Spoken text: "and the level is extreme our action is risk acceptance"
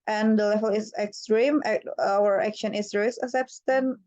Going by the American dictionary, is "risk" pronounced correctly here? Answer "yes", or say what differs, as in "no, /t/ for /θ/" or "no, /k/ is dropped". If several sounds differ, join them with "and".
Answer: no, /k/ is dropped